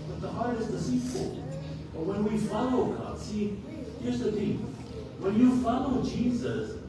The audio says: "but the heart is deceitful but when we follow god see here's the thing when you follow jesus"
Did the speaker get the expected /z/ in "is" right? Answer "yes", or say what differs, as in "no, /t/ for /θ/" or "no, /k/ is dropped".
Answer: yes